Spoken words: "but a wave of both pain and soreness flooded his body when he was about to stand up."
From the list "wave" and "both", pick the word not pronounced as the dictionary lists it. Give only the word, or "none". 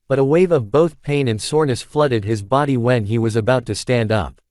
none